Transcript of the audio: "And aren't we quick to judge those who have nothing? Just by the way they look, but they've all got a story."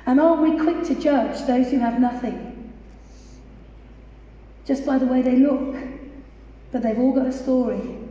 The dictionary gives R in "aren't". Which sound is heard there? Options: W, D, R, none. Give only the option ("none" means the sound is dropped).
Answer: none